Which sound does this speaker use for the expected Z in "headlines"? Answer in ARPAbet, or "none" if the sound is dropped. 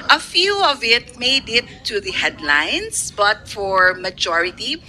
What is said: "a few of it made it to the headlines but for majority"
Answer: S